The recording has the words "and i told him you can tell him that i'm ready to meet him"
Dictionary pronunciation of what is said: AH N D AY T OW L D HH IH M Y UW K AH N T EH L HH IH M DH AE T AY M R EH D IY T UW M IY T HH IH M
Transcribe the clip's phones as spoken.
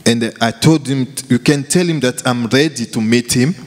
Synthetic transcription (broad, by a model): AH N D AY T OW L D HH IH M Y UW K AH N T EH L HH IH M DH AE T AY M R EH D IY T UW M IY T HH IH M